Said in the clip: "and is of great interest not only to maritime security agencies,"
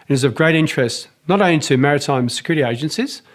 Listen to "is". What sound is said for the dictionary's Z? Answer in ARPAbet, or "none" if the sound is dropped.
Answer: Z